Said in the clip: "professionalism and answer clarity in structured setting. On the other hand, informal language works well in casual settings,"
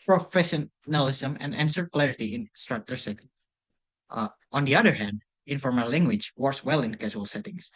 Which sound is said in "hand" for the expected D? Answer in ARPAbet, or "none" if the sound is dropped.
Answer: D